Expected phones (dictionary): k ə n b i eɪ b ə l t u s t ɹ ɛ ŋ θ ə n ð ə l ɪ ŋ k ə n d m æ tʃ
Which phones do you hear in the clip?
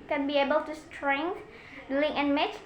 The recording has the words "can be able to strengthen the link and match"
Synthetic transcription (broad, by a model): k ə n b i eɪ b ə l t u s t ɹ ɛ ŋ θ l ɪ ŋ ə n m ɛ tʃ